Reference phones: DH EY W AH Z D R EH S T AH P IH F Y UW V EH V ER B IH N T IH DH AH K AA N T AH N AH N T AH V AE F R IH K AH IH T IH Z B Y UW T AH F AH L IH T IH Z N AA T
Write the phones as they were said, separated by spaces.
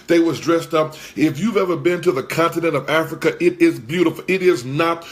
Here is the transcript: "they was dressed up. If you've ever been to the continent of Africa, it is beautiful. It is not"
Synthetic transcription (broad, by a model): DH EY W AH Z D R EH S T AH P IH F Y UW V EH V ER B IH N T IH DH AH K AA N T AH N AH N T AH V AE F R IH K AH IH T IH Z B Y UW T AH F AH L IH T IH Z N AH T